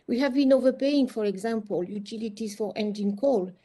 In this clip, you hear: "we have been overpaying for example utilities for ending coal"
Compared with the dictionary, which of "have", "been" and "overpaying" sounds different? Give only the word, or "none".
none